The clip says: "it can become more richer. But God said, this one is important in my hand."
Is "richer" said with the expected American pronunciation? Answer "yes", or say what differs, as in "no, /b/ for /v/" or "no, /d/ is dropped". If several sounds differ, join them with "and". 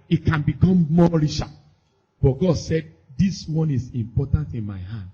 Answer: no, /ʃ/ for /tʃ/